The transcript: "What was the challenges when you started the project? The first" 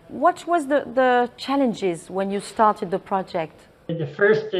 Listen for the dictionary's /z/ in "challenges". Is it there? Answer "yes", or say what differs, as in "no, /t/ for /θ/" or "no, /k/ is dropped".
yes